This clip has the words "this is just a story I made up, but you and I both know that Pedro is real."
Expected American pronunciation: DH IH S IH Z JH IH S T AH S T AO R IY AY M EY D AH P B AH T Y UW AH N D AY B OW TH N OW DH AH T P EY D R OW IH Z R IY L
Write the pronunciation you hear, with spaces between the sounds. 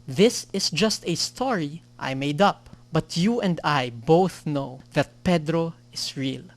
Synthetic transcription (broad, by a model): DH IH S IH S JH IH S T AH S T AO R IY AY M EY D AH P B AH T Y UW AH N D AY B OW TH N OW DH AH T P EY D R OW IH S R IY L